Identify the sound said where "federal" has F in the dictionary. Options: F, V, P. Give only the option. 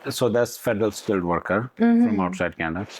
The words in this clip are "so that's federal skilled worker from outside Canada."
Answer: F